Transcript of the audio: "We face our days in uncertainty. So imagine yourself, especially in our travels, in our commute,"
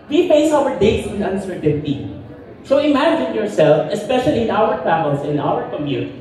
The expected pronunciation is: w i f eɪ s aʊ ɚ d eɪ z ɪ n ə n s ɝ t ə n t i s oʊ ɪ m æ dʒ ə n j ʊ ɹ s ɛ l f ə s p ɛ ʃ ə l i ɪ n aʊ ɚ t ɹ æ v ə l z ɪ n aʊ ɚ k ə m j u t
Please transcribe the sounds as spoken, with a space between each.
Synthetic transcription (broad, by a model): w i p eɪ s aʊ ɚ d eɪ s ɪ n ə n s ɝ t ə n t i s oʊ ɪ m æ dʒ ə n j ʊ ɹ s ɛ l f ə s p ɛ ʃ ə l i ɪ n aʊ ɚ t ɹ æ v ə l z ɪ n aʊ ɚ k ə m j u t